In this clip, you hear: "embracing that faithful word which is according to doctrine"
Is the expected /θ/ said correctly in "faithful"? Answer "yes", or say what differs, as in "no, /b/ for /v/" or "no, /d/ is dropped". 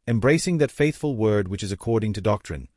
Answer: yes